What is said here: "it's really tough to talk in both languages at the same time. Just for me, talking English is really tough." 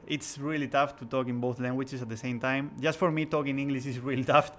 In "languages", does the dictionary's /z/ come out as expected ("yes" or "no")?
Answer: no